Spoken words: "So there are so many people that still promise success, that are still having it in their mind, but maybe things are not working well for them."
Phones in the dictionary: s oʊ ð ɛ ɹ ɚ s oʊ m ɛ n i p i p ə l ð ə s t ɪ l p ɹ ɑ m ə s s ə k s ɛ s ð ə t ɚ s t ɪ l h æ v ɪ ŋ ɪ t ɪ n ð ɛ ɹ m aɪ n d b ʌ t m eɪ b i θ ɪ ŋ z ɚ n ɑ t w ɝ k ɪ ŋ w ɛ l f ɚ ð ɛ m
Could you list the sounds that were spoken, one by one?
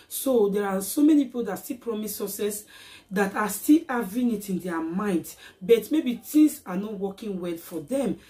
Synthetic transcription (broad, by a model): s oʊ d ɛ ɹ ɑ s oʊ m ɛ n i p i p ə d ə s t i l p ɹ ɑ m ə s s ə s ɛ s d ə t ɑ s t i l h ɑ v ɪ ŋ ɪ t ɪ n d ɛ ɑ m aɪ n d b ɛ t m eɪ b i t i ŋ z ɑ n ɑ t w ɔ k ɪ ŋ w ɛ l f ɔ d ɛ m